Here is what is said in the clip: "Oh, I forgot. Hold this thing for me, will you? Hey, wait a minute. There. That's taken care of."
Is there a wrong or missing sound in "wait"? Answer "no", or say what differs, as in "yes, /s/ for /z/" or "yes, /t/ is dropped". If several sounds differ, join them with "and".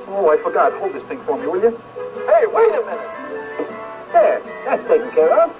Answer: yes, /t/ is dropped